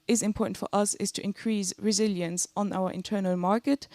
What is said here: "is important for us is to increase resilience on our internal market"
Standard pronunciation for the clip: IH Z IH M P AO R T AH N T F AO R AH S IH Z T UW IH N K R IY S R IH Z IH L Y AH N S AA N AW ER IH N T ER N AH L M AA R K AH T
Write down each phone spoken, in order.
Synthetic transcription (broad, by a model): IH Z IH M P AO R T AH N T F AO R AH S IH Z T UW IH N K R IY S R IH Z IH L Y AH N S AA N AW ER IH N T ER N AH L M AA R K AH T